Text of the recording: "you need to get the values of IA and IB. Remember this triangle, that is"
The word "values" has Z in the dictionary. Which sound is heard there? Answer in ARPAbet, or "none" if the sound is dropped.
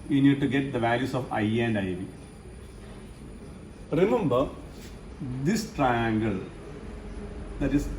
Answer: S